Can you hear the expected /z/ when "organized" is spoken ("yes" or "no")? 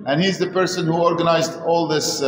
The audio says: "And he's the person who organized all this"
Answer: yes